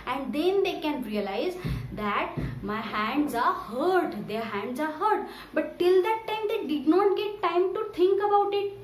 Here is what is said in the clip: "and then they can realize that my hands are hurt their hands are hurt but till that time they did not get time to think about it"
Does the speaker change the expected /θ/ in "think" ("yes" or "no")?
yes